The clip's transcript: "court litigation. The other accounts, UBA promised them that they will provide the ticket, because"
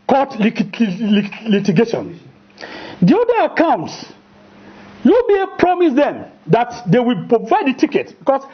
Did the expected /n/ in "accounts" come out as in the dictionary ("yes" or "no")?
yes